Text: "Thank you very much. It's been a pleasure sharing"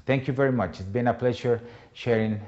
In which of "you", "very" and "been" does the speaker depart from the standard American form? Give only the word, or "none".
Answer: none